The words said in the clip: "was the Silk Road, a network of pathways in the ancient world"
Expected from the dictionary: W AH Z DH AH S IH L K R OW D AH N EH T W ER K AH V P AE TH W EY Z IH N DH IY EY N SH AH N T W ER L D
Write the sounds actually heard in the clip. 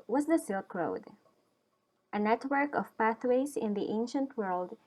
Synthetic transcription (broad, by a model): W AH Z DH AH S IH L K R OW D AH N EH T W ER K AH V P AE TH W EY Z IH N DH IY EY N SH AH N T W ER L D